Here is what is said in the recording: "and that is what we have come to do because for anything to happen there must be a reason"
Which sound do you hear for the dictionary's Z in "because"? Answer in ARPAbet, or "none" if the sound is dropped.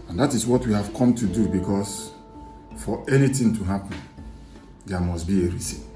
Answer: S